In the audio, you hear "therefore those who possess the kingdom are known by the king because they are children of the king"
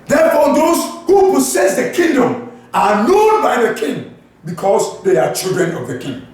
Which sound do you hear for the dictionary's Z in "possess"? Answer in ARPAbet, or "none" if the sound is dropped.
S